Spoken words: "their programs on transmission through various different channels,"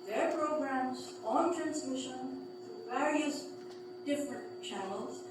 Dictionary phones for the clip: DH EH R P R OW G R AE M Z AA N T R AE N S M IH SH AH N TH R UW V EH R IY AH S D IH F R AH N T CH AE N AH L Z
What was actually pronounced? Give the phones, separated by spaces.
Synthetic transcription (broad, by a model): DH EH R P R OW G R AE M Z AA N T R AE N S M IH SH AH N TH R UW V EH R IY AH S D IH F R AH N T CH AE N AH L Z